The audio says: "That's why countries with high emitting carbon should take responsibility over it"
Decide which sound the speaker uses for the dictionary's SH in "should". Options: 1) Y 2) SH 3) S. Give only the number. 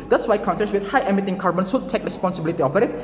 3